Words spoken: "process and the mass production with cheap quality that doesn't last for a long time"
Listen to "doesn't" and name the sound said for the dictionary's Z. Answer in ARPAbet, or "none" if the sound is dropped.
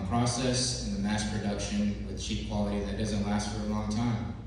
Z